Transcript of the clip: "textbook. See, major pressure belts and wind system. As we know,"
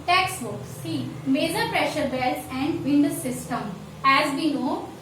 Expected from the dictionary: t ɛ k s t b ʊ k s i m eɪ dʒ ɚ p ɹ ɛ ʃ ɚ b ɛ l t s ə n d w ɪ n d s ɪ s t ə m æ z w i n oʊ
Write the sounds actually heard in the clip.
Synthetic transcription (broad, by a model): t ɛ k s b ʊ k s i m eɪ dʒ ɚ p ɹ ɛ ʃ ɚ b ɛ l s ə n d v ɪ n d s ɪ s t ə m æ z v i n oʊ